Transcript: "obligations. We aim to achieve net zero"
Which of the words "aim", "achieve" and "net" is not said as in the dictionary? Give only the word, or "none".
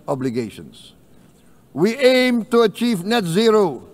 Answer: none